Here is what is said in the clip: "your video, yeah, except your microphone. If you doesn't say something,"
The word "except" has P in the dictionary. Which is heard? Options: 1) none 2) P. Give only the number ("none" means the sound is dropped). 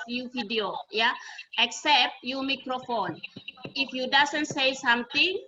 2